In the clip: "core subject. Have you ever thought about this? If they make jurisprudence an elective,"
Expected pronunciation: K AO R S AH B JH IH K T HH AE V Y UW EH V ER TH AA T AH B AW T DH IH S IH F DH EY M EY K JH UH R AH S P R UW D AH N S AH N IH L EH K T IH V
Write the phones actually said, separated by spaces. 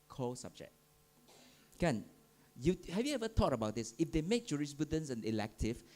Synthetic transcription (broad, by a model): K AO S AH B JH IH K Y HH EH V Y UW EH V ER T AA T AH B AW T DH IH S IH F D EY M EY K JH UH R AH S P R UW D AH N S AH N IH L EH K T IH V